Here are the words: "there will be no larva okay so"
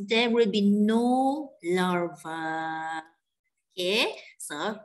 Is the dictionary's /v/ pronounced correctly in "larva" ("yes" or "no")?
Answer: yes